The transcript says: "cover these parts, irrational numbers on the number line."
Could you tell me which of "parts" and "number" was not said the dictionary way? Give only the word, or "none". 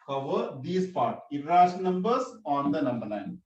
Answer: parts